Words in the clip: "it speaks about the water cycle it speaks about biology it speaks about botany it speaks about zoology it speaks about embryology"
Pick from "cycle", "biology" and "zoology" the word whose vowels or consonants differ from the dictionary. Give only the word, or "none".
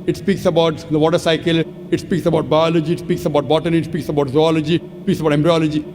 none